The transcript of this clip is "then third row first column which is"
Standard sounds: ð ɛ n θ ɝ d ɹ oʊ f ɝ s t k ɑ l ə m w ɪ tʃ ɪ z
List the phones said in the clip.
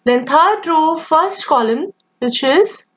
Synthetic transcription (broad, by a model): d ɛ n t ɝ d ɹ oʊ f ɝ s t k ɑ l ə m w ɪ tʃ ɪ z